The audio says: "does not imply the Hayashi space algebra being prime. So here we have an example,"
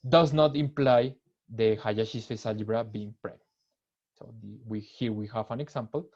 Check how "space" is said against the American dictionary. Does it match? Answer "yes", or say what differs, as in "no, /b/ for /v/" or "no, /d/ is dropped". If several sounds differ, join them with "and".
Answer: no, /f/ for /p/